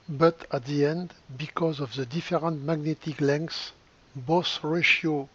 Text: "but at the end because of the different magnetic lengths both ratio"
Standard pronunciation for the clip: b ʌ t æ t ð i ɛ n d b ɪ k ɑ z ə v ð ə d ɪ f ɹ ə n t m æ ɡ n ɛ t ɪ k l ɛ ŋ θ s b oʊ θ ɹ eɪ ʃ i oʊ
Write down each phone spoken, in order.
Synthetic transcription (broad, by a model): b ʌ t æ t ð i ɛ n d b ɪ k ɑ z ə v ð ə d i f ɹ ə n t m æ ɡ n ɛ t ɪ k l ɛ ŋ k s b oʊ s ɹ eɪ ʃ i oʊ